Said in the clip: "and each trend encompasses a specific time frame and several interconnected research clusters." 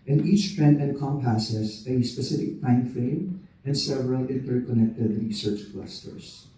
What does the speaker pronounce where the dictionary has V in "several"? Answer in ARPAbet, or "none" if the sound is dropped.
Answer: V